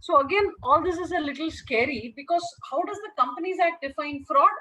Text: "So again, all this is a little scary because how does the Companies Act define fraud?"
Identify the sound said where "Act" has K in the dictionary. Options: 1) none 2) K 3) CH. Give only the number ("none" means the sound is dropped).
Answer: 1